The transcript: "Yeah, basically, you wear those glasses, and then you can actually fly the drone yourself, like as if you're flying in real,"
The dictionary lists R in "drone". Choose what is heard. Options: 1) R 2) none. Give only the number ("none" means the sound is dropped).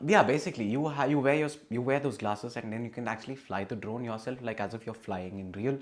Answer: 1